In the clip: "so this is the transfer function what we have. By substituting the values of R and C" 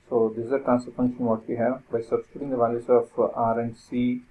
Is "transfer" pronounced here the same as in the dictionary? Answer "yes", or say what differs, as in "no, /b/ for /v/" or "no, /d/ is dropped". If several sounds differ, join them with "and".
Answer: no, /f/ is dropped